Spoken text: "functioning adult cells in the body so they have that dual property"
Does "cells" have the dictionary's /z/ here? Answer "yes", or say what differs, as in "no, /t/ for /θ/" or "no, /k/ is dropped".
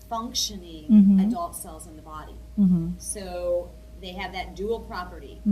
yes